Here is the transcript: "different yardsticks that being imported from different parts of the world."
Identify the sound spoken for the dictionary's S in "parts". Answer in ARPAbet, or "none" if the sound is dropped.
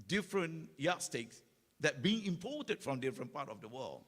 none